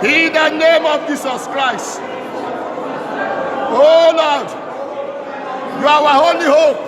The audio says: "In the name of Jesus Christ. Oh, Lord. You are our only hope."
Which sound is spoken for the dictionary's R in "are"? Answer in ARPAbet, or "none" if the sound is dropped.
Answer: W